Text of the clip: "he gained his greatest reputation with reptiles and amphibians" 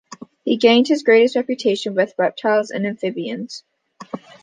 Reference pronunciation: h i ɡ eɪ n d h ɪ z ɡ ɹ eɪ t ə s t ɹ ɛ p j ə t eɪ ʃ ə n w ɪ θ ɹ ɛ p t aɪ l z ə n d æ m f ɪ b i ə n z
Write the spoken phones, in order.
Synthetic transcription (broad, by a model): h i ɡ eɪ n d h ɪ z ɡ ɹ eɪ t ə s t ɹ ɛ p j ə t eɪ ʃ ə n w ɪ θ ɹ ɛ p t aɪ l z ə n æ m f ɪ b i ə n z